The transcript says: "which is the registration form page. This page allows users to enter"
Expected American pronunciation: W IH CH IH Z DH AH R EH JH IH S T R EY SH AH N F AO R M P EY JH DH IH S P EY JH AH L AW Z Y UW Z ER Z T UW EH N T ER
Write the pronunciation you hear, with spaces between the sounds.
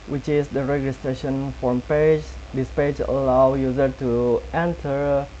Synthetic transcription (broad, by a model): W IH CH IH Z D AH R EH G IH S T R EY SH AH N F AO R M P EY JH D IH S P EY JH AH L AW Y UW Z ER T UW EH N T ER